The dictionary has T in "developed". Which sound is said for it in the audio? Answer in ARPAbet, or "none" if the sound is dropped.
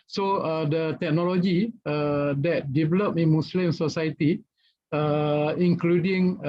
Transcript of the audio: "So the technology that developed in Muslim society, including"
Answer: none